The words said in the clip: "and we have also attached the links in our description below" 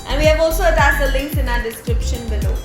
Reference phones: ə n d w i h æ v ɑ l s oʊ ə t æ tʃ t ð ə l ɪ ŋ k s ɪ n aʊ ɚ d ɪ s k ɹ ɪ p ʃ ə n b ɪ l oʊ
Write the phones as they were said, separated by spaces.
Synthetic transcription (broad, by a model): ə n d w i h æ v ɑ l s oʊ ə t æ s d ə l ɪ ŋ k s ɪ n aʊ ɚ d ɪ s k ɹ ɪ p ʃ ə n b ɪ l oʊ